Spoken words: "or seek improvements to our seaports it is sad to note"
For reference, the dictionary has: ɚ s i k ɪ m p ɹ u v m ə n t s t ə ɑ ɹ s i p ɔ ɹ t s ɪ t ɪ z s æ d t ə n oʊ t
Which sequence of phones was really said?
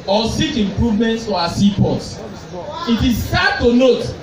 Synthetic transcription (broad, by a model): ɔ s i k ɪ m p ɹ u v m ə n t s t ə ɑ s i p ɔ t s ɪ t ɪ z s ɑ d t ə n oʊ t